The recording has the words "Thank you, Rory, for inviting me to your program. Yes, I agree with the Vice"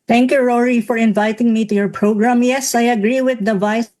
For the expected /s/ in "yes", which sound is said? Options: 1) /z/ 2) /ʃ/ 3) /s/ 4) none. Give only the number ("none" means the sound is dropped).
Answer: 3